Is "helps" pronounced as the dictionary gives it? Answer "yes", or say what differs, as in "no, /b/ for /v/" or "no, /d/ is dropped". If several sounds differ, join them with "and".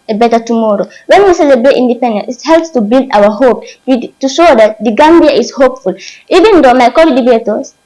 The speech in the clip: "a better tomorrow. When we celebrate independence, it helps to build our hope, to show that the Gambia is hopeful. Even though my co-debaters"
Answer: yes